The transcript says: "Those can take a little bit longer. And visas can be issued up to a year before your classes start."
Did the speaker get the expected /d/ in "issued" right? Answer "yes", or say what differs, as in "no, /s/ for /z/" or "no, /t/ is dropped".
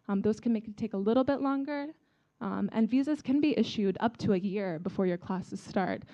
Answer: yes